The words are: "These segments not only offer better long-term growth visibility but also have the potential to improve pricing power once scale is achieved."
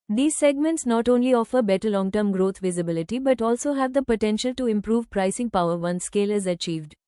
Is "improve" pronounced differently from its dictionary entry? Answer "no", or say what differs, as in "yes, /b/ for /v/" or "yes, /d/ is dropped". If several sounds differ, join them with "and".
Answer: no